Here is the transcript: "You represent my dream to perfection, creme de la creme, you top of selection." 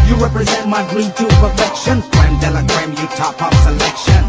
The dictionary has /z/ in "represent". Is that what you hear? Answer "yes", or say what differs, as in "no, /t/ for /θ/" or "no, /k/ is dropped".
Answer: yes